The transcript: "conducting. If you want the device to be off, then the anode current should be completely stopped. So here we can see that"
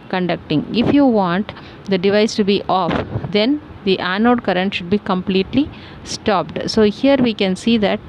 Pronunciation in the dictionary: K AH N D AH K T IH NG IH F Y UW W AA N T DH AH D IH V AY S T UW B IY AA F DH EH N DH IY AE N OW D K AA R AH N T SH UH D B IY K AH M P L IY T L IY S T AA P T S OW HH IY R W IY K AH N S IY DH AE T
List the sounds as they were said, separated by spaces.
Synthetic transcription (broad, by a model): K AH N D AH K T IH NG IH F Y UW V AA N T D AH D IH V AY S T UW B IY AA F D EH N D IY AE N OW D K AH R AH N T SH UH D B IY K AH M P L IY T L IY S T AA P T S OW HH IY R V IY K AH N S IY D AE T